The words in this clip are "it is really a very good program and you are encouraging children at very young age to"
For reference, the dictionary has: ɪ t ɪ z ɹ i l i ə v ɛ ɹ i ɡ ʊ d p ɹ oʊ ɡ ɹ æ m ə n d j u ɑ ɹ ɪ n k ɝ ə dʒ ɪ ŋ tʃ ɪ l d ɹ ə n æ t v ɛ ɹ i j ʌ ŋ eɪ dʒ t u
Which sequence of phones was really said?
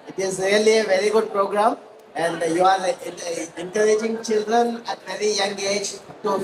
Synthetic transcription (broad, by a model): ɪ t ɪ z ɹ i l i ə v ɛ ɹ i ɡ ʊ d p ɹ oʊ ɡ ɹ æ m ə n d j u ɑ ɹ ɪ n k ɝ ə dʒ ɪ ŋ tʃ ɪ l d ɹ ə n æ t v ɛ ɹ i j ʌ ŋ eɪ dʒ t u